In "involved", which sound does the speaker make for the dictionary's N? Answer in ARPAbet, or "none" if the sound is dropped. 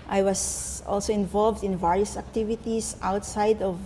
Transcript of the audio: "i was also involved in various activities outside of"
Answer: N